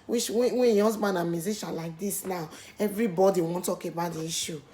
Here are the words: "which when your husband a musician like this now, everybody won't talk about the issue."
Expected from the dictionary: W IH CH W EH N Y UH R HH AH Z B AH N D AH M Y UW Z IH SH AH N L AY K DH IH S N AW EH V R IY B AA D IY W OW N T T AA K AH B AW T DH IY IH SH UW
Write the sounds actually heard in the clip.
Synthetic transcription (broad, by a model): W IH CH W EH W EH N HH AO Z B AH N AH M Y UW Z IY SH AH N L AY K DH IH S N AW EH V R IY B AA D IY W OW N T T AA K AH B AW T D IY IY SH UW